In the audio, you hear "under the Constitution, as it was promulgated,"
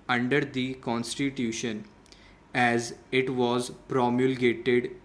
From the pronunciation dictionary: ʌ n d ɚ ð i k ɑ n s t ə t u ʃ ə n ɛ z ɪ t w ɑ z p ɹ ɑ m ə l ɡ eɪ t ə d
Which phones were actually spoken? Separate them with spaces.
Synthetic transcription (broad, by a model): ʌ n d ɚ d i k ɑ n s t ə t u ʃ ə n ɛ z ɪ t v ɑ z p ɹ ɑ m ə l ɡ eɪ t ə d